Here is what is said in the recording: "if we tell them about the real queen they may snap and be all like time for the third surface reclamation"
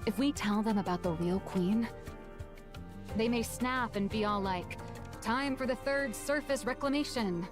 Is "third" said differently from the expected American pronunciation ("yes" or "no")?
no